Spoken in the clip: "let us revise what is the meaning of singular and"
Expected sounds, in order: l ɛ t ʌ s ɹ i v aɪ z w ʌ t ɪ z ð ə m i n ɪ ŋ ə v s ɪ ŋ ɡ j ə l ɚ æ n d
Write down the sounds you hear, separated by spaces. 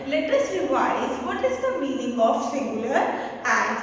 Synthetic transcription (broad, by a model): l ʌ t ʌ s l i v aɪ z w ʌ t ɪ z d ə m i n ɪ ŋ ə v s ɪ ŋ ɡ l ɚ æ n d